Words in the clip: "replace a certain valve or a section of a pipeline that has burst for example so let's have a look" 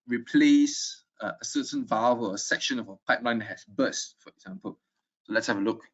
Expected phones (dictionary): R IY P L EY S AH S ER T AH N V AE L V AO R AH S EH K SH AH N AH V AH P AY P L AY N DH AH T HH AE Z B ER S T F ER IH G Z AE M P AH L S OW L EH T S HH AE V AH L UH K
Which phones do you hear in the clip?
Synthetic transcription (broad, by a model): R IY P L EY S AH S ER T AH N V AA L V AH L AH S EH K SH AH N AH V AH P AY P L AY N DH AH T HH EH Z B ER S T F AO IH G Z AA M P AH L S OW L EH T S HH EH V AH L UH K